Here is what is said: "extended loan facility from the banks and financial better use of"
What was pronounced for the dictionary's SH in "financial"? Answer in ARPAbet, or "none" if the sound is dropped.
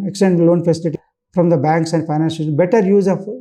S